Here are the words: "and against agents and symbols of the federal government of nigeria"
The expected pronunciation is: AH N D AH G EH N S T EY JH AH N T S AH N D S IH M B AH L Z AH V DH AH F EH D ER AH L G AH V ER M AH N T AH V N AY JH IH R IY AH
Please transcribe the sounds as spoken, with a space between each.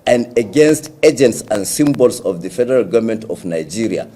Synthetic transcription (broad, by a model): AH N D AH G EH N S T EY JH AH N T S AH N D S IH M B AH L S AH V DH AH F EH D ER AH L G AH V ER M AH N T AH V N AY JH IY R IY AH